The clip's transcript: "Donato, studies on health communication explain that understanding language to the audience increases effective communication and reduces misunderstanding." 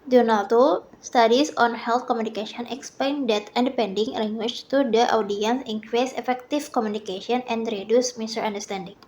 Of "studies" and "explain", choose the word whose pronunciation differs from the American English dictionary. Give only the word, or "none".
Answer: studies